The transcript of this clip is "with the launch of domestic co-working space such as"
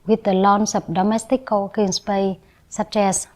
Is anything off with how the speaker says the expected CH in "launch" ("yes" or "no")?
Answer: yes